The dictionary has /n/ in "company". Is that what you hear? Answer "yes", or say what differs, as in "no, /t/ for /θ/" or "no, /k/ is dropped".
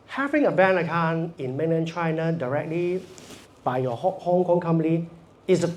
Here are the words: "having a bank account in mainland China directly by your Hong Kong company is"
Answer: no, /n/ is dropped